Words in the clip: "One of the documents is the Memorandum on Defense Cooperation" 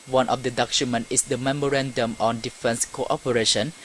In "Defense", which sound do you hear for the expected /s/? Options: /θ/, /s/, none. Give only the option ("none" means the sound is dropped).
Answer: /s/